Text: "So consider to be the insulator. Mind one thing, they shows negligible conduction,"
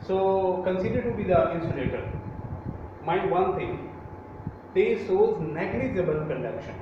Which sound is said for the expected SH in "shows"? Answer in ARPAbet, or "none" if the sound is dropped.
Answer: S